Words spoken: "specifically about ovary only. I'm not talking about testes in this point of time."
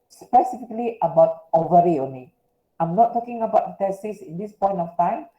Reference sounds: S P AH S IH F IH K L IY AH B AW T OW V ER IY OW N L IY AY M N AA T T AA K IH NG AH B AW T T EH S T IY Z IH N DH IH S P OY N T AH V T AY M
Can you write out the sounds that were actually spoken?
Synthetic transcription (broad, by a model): S P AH S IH F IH K L IY AH B AW T OW V ER IY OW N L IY AY M N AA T T AA K IH NG AH B AW T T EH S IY S IH N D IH S P OY N T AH F T AY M